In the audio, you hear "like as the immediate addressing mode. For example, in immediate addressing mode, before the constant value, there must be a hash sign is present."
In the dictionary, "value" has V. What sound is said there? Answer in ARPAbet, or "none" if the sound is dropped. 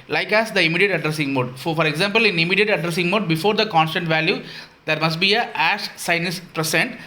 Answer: V